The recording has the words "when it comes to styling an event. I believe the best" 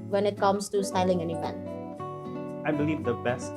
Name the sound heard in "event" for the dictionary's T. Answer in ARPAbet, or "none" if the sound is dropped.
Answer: none